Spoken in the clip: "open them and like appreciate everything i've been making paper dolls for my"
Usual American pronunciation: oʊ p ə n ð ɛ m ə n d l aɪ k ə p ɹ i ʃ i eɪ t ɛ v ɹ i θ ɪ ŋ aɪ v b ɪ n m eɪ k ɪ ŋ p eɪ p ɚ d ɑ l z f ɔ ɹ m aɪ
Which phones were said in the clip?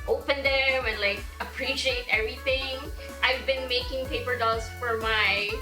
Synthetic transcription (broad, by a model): oʊ p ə n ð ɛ m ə n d l aɪ k ə p ɹ i ʃ i eɪ t ɛ v ɹ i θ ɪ ŋ aɪ v b ɪ n m eɪ k ɪ ŋ p eɪ p ɚ d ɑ z f ɔ ɹ m aɪ